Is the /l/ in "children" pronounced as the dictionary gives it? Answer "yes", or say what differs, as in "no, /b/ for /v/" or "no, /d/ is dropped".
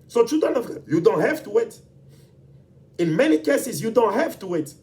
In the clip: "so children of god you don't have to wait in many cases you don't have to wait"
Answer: no, /l/ is dropped